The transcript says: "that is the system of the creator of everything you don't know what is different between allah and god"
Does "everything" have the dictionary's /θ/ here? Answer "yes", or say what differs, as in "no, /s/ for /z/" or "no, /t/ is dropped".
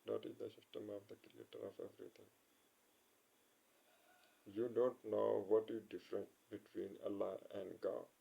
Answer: no, /t/ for /θ/